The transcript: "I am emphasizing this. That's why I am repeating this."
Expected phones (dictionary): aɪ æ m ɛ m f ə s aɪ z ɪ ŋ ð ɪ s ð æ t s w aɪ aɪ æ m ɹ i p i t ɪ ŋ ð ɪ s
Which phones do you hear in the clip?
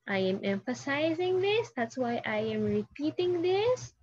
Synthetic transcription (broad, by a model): aɪ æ m ɛ m f ə s aɪ z ɪ ŋ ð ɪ s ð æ t s w aɪ aɪ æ m ɹ i p i t ɪ ŋ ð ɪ s